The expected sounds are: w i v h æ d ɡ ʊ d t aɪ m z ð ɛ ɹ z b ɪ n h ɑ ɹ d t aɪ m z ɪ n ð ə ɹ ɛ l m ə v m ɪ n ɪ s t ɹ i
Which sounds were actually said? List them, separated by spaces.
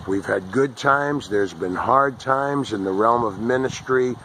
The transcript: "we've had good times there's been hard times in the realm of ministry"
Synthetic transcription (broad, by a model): w i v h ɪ d ɡ ʊ d t aɪ m z ð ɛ ɹ z b ɪ n h ɑ ɹ d t aɪ m z ɪ n ð ə ɹ ɛ l m ə v m ɪ n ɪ s t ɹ i